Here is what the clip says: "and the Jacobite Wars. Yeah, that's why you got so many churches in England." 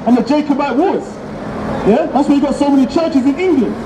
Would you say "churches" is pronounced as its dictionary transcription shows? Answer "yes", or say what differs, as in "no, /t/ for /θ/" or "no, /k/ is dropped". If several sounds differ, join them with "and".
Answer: yes